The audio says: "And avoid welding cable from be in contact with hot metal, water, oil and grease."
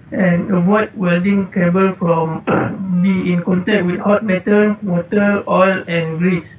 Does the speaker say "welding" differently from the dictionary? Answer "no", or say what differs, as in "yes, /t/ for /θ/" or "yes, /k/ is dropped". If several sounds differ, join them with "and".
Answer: no